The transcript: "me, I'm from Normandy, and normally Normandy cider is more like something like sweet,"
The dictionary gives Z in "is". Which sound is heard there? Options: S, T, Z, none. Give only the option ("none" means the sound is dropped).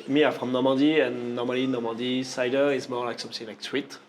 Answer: S